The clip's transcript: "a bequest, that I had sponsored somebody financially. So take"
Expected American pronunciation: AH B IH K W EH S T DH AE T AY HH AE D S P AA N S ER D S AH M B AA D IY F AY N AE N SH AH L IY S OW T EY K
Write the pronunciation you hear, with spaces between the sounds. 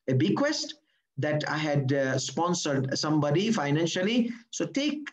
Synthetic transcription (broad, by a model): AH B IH K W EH S T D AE T AY HH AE D S P AA N S ER D S AH M B AA D IY F AY N AE N SH AH L IY S OW T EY K